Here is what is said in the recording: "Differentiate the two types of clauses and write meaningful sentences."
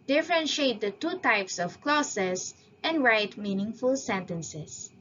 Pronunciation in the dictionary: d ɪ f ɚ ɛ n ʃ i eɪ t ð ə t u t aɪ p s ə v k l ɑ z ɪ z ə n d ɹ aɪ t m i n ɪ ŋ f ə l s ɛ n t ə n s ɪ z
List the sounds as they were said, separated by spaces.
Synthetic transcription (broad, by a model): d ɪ f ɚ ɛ n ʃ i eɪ t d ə t u t aɪ p s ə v k l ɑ s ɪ s ə n d ɹ aɪ t m i n ɪ ŋ f ə l s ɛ n t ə n s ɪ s